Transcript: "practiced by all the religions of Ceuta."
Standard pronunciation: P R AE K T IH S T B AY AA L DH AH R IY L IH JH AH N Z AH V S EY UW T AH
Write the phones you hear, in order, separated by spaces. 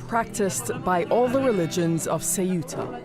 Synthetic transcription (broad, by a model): P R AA K T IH S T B AY AA L DH AH R IY L IH JH AH N Z AH V S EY UW T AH